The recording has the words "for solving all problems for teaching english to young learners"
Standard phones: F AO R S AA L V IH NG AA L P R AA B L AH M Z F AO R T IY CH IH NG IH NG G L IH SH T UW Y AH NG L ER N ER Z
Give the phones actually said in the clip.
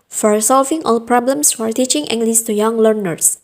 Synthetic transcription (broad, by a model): F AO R S AA L V IH NG AA L P R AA B L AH M S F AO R T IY CH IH NG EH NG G L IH S T UW Y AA NG L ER N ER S